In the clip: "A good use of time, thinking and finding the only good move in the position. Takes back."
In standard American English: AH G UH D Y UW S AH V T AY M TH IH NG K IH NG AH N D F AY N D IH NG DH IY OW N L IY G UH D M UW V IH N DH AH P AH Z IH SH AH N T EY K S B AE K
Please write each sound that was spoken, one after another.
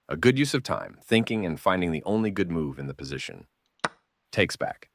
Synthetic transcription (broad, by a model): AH G UH D Y UW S AH V T AY M TH IH NG K IH NG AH N F AY N D IH NG DH IY OW N L IY G UH D M UW V IH N DH AH P AH Z IH SH AH N T EY K S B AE K